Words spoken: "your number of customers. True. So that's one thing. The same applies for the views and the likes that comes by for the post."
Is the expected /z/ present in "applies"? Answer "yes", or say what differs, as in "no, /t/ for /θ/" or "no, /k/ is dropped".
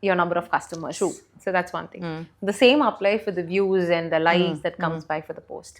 no, /z/ is dropped